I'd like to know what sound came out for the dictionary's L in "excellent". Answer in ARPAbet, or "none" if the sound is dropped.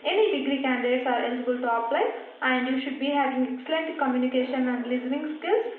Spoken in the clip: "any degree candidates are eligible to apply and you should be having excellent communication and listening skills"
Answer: L